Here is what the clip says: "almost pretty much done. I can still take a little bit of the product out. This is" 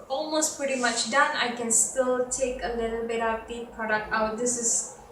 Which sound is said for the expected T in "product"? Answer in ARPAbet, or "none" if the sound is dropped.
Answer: T